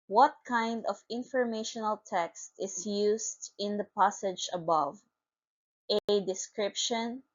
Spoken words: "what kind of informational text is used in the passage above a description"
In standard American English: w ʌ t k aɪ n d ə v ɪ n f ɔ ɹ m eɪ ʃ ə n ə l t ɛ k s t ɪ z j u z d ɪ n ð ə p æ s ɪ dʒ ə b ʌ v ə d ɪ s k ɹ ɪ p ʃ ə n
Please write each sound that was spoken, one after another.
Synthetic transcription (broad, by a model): w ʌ t k aɪ n d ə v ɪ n f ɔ ɹ m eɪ ʃ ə n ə l t ɛ k s t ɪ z j u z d ɪ n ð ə p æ s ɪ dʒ ə b ʌ v ə d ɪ s k ɹ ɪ p ʃ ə n